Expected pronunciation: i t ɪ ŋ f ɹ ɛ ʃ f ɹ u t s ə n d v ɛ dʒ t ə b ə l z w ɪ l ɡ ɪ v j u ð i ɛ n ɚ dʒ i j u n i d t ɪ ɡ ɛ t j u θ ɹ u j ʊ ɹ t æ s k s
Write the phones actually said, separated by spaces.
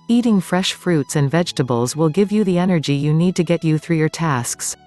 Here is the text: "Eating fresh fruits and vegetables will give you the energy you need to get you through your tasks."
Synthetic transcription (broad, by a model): i t ɪ ŋ f ɹ ɛ ʃ f ɹ u t s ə n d v ɛ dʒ t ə b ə l z w ɪ l ɡ ɪ v j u ð i ɛ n ɚ dʒ i j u n i d t ɪ ɡ ɛ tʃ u θ ɹ u j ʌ ɹ t æ s k s